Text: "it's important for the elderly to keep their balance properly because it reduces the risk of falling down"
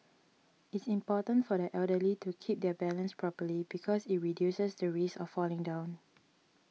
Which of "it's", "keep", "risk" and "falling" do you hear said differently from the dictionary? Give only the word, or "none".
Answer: risk